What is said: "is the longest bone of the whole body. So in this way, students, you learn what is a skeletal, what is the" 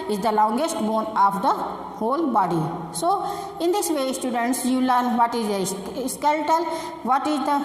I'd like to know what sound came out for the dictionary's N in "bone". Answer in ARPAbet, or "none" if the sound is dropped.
N